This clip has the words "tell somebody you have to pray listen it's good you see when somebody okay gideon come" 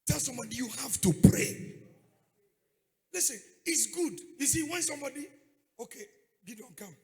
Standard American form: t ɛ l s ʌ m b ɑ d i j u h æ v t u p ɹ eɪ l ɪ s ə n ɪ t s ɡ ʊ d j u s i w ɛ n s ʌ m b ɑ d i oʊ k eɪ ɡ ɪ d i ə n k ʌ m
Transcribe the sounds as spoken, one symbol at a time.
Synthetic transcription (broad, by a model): t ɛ l s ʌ m b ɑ d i j u h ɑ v t u p ɹ eɪ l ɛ s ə ɪ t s ɡ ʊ d j u s i w ɛ n s ʌ m b ɑ d i oʊ k eɪ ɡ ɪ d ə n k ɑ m